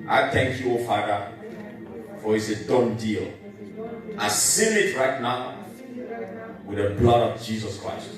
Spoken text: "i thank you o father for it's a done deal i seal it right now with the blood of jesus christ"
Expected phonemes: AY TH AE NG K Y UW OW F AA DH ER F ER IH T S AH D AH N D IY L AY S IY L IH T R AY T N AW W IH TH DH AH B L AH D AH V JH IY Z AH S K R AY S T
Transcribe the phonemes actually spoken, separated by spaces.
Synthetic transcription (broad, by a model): AY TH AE NG K Y UW OW F AA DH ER F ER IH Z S AH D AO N D IY L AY S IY N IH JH R AY T N AW W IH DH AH B L AH D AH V JH IY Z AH S K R AY S T